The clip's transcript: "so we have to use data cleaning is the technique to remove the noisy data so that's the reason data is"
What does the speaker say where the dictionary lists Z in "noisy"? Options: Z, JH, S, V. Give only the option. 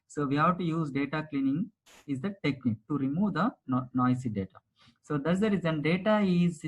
S